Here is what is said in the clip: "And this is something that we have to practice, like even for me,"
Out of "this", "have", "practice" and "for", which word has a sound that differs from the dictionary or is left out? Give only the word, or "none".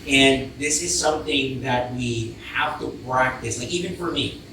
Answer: have